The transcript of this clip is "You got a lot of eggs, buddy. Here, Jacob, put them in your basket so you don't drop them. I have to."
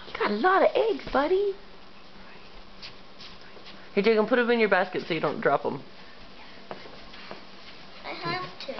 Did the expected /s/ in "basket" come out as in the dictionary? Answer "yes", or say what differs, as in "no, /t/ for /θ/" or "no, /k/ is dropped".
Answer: yes